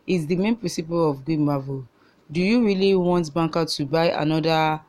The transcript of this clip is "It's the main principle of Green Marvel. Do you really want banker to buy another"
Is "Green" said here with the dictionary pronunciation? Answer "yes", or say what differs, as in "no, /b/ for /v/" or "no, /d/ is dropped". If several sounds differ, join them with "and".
no, /w/ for /ɹ/